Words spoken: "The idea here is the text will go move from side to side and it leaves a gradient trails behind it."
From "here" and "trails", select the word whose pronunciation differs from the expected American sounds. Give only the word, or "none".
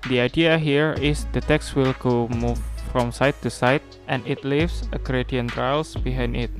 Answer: trails